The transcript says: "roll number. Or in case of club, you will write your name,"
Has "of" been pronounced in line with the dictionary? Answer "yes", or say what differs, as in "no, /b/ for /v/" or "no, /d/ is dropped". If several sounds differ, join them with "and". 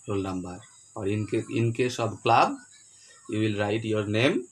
no, /b/ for /v/